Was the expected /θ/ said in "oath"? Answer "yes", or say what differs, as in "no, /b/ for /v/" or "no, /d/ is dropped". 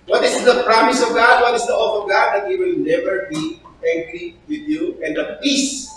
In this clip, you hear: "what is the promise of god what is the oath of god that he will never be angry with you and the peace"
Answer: no, /f/ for /θ/